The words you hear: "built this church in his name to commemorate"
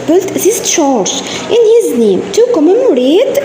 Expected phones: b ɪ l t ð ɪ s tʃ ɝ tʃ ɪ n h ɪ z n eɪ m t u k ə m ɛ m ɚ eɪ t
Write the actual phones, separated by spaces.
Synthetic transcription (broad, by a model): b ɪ l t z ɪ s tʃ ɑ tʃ ɪ n h ɪ z n eɪ m t u k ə m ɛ m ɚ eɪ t